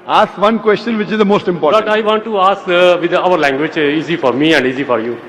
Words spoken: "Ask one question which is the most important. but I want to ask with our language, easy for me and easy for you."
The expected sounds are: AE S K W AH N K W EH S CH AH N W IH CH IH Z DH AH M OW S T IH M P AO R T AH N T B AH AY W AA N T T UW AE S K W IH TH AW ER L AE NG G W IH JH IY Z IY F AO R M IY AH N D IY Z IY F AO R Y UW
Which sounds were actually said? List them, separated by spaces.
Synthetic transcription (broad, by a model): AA S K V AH N K W EH S CH AH N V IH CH IH Z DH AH M OW S T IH M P AO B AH T AY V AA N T T UW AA S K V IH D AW ER L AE NG G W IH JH IY Z IY F AO R M IY AH N D IY Z IY F AO R Y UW